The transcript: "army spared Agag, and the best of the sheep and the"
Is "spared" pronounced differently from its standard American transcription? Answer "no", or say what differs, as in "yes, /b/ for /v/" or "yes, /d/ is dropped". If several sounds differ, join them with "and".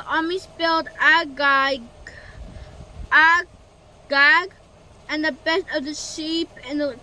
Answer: yes, /l/ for /ɹ/